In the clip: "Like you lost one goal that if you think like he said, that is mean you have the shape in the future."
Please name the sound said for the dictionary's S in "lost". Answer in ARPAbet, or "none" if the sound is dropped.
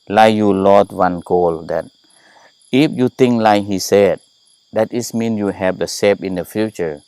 none